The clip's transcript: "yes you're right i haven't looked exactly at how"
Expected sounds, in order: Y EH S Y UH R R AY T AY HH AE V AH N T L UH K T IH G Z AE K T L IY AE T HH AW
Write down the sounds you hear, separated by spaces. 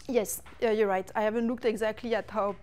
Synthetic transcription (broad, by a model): Y EH S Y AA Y R AY T AY HH AE V AH N T L UH K T IH G Z AE K T L IY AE T HH AW